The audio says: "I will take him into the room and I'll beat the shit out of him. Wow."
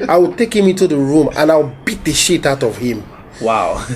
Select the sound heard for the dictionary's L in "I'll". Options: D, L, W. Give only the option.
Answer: W